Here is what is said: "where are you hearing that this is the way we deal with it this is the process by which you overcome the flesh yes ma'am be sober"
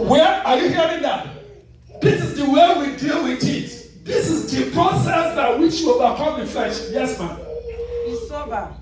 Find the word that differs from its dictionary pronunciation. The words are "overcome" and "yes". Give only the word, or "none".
overcome